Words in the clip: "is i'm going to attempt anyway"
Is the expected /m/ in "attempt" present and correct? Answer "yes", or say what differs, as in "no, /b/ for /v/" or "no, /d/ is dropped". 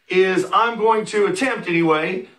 yes